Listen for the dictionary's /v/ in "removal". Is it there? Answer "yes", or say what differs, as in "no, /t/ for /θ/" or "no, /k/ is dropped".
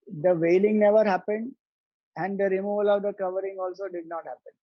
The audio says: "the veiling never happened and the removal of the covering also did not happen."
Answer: yes